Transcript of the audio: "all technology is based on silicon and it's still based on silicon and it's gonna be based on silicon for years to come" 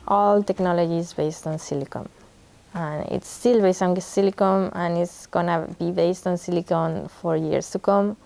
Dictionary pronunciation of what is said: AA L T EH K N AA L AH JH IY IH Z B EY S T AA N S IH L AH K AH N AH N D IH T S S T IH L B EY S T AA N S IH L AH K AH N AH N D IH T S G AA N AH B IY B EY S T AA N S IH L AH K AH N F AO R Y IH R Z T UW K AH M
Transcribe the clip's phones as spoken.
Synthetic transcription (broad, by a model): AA L T EH K N AA L AH JH IY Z B EY S T AA N S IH L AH K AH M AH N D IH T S S T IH L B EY S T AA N S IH L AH K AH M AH N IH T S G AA N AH B IY B EY S T AA N S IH L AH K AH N F AO R Y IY R S T UW K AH M